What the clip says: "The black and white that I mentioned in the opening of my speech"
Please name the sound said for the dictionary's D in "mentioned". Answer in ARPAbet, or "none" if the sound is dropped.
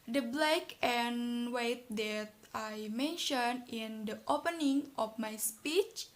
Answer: none